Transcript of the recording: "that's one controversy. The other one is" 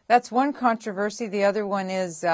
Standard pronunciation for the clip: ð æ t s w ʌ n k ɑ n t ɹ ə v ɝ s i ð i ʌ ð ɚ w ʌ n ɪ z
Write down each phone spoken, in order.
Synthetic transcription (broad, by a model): ð æ t s w ʌ n k ɑ n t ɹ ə v ɝ s i ð i ʌ ð ɚ w ʌ n ɪ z